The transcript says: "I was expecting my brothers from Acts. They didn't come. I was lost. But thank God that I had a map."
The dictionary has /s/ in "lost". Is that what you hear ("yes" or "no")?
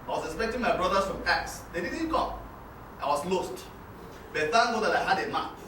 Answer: yes